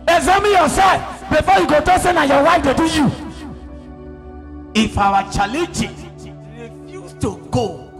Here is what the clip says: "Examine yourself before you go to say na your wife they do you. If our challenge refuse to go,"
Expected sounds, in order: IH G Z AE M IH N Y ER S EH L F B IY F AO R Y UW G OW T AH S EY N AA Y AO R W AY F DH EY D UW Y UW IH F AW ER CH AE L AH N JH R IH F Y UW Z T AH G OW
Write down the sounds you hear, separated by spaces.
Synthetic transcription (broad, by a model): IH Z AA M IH Y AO S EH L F B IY F AO Y UW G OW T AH S EY N AA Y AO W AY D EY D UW Y UW IH F AW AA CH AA L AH JH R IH F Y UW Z T AH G OW